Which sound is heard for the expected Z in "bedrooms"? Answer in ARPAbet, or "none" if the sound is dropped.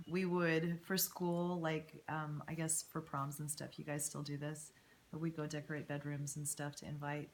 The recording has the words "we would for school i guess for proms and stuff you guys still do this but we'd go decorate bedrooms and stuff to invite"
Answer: Z